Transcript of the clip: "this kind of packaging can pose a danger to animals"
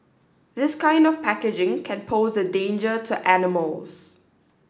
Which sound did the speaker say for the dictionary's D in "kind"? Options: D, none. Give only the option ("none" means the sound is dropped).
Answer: D